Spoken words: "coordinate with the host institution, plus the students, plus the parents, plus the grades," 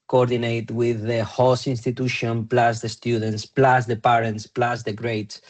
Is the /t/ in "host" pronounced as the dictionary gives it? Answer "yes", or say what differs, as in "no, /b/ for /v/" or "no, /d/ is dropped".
no, /t/ is dropped